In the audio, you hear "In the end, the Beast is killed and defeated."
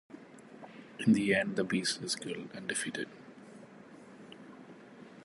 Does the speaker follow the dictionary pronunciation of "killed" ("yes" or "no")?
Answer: no